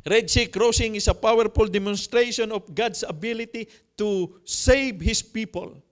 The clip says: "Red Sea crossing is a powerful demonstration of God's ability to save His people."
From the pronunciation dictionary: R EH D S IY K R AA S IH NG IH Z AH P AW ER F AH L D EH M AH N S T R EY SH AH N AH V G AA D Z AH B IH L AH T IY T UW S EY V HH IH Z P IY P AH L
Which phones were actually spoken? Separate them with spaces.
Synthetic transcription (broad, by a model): R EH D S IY K R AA S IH NG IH S AH P AW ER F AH L D EH M AH N S T R EY SH AH N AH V G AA D S AH B IH L AH T IY T UW S EY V HH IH S P IY P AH L